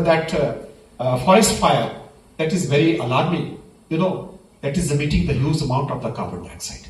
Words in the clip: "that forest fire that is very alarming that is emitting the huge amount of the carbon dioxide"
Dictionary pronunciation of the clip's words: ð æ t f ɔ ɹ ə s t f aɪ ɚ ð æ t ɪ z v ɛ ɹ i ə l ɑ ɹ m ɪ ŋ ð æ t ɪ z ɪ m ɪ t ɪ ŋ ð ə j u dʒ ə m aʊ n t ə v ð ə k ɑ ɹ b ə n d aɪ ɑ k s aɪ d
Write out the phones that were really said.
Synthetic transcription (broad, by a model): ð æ t f ɔ ɹ ə s t f aɪ ɚ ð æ t ɪ z v ɛ ɹ i ə l ɑ ɹ m ɪ ŋ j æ t ɪ z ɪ m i t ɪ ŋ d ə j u z ə m aʊ n t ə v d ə k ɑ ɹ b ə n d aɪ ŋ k s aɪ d